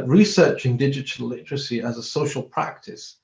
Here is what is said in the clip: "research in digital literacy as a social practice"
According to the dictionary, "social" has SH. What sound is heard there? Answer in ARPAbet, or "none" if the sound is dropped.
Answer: SH